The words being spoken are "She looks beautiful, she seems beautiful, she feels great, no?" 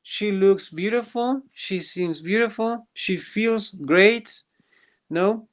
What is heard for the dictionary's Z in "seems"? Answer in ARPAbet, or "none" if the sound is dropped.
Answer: Z